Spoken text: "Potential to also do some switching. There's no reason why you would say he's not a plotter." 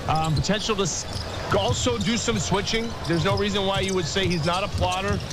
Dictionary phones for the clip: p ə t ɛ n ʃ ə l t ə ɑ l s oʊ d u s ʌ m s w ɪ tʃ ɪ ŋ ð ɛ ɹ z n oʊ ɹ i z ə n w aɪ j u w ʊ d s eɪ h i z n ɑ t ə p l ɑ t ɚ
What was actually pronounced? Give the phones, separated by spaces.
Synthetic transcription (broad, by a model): p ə t ɛ n ʃ l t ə ɑ l s oʊ d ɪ s ʌ m s w ɪ tʃ ɪ ŋ ð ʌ ɹ z n oʊ ɹ i z ə n w aɪ j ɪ w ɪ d s eɪ h i z n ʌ t ə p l ɑ t ɚ